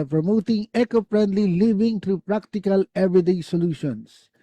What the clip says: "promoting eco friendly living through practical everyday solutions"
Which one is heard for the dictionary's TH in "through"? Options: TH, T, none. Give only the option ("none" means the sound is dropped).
T